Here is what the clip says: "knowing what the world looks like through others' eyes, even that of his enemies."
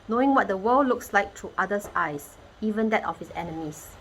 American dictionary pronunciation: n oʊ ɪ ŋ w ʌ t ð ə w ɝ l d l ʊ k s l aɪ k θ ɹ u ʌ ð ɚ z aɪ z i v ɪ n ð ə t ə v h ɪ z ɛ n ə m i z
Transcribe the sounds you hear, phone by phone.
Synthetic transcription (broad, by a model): n oʊ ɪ ŋ w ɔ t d ə w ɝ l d l ʊ k s l aɪ k t ɹ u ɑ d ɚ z aɪ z i v ɪ n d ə t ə f h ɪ s ɛ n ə m i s